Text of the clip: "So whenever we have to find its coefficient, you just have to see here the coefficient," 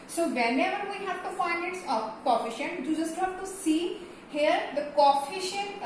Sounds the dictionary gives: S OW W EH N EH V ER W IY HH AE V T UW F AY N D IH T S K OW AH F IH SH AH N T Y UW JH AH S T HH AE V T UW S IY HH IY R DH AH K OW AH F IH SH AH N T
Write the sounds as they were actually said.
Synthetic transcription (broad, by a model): S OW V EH N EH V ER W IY HH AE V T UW F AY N IH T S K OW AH F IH SH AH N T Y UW JH AH S T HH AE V T UW S IY HH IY R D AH K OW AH F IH SH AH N